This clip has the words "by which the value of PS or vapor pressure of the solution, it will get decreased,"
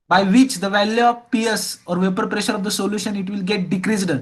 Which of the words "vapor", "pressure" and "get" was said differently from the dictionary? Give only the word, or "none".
none